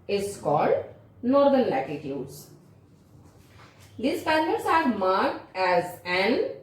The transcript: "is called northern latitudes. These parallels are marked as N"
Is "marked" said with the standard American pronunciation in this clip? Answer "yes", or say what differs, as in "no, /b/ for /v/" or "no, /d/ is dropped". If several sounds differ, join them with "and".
yes